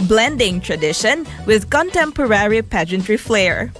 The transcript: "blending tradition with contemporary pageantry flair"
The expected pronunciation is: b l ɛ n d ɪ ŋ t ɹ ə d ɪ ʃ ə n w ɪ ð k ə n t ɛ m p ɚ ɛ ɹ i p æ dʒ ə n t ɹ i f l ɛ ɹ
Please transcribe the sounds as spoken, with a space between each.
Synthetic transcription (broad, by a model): b l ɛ n d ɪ ŋ t ɹ ə d ɪ ʃ ə n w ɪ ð k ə n t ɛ m p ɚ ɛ ɹ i p æ dʒ ə n t ɹ i f l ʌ ɹ